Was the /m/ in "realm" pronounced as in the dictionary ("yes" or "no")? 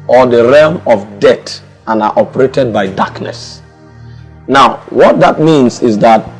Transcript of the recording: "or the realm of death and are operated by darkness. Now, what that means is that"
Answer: yes